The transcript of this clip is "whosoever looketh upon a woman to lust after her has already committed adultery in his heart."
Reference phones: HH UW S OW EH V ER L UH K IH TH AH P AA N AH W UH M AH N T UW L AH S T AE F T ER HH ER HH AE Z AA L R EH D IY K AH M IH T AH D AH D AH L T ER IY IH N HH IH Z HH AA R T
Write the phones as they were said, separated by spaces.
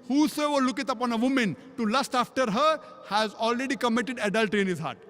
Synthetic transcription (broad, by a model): HH UW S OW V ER L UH K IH T AH P AA N AH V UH M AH N T UW L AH S T AE F T ER HH ER HH AE Z AA L R EH D IY K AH M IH T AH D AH D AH L T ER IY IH N HH IH Z HH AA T